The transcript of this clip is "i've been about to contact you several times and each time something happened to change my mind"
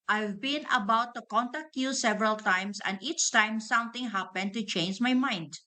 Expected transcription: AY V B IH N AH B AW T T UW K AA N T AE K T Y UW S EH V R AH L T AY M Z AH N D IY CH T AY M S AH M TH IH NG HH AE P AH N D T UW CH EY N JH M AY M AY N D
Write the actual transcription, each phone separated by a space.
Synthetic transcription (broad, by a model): AY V B IH N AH B AW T T UW K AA N T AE K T Y UW S EH V R AH L T AY M S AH N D IY CH T AY M S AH M T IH NG HH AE P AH N T UW CH EY N JH M AY M AY N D